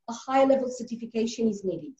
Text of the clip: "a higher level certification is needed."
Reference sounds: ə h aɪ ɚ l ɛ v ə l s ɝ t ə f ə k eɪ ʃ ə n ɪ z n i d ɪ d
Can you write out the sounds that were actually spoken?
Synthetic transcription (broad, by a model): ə h aɪ l ɛ v ə l s ɝ t ə f ə k eɪ ʃ ə n ɪ z n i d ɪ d